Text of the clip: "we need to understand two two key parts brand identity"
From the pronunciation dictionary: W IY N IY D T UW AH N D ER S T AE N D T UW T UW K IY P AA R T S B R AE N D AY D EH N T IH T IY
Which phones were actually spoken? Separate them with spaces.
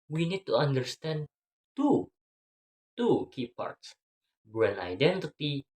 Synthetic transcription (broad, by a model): W IY N IY D T UW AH N D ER S T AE N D T UW T UW K IY P AA R T S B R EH N AY D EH N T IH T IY